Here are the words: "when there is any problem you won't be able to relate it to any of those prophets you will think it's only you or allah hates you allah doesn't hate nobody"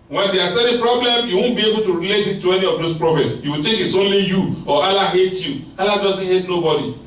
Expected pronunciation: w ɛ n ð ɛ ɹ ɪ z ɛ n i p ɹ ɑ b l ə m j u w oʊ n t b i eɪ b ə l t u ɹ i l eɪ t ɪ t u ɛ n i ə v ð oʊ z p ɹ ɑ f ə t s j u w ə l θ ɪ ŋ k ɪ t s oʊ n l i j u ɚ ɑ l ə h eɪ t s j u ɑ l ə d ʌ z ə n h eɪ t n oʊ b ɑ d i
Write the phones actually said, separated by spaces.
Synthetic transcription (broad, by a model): w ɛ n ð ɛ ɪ s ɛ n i p ɹ ɑ b l ə m j u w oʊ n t b i eɪ b ə l t u ɹ i l eɪ t ɪ t u ɛ n i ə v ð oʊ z p ɹ ɑ f ə t s j u w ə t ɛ k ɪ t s oʊ n l i j u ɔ ɑ l ə h eɪ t j u ɑ l ə d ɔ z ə n h eɪ t n oʊ b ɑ d i